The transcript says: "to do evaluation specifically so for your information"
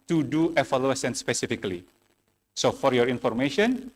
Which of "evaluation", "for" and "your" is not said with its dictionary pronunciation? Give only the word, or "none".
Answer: evaluation